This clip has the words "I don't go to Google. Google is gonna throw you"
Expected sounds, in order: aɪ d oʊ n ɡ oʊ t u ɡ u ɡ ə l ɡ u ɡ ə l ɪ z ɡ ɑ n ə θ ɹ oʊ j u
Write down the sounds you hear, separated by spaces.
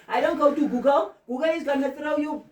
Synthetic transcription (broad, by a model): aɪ d oʊ n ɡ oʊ t u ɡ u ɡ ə w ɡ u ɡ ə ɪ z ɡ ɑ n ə s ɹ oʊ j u